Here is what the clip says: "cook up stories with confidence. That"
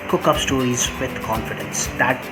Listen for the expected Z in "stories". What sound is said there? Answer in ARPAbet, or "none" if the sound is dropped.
Z